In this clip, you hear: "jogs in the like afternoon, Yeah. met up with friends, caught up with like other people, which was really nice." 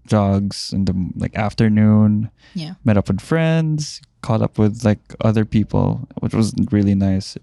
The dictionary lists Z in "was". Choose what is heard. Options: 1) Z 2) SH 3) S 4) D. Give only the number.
1